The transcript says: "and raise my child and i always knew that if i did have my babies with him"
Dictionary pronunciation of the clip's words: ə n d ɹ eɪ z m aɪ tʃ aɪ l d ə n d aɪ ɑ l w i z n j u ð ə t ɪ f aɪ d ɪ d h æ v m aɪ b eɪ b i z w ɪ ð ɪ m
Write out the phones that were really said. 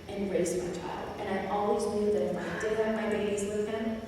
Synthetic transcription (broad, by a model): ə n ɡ ɹ eɪ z m aɪ tʃ aɪ l d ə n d aɪ ɑ l w i z n j u ð ə t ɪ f aɪ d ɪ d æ m aɪ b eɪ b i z w ɪ ð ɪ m